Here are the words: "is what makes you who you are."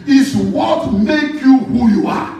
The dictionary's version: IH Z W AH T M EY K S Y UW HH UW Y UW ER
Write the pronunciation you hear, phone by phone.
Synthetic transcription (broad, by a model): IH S W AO T M EY K Y UW HH UW Y UW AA